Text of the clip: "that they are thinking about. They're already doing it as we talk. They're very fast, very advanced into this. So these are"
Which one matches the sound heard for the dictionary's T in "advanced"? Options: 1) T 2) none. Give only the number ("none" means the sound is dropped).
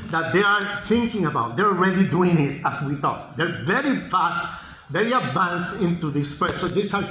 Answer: 2